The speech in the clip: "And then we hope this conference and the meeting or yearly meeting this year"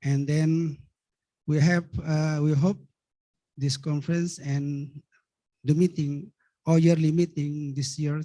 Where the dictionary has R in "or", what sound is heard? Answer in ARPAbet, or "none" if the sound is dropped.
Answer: L